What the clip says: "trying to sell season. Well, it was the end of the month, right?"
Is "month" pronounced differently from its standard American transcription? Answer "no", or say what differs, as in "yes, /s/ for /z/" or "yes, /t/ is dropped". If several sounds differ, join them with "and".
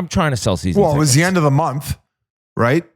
no